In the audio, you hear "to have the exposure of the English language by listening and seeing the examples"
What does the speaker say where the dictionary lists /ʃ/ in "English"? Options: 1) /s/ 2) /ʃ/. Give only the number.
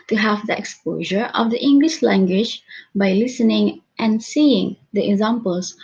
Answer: 2